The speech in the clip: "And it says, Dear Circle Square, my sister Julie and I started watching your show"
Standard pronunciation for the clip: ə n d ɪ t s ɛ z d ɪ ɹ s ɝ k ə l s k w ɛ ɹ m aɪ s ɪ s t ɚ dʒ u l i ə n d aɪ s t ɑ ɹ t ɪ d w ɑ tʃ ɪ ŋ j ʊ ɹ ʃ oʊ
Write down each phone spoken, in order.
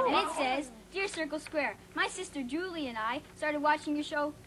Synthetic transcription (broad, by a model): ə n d ɪ t s ɛ z d ɪ ɹ s ɝ k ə l s k w ɛ ɹ m aɪ s ɪ s t ɚ dʒ u l i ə n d aɪ s t ɑ ɹ t ɪ d w ɑ tʃ ɪ ŋ j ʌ ɹ ʃ oʊ